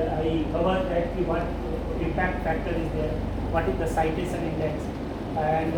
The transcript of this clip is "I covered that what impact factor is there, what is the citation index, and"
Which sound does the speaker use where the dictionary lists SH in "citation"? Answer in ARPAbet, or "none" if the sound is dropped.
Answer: S